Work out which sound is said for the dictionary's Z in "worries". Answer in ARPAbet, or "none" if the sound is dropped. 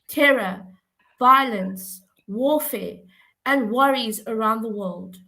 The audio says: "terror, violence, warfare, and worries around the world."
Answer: Z